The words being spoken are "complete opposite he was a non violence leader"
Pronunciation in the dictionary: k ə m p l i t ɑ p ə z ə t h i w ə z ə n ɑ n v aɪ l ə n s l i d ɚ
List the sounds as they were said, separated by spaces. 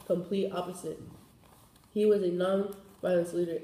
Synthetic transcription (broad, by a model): k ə m p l i t ɑ p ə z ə t h i w ə z ə n ɑ n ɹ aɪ ə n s l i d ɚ